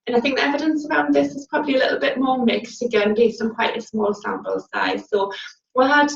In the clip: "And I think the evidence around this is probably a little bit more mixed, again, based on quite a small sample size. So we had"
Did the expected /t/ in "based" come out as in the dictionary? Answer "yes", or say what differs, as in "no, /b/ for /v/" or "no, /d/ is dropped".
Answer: no, /t/ is dropped